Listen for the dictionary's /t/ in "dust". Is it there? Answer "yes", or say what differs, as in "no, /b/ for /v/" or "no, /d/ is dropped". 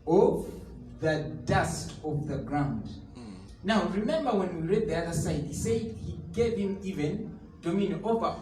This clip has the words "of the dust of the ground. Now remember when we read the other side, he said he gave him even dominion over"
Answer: yes